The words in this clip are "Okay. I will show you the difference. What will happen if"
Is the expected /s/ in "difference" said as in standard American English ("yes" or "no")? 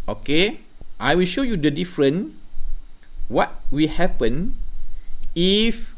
no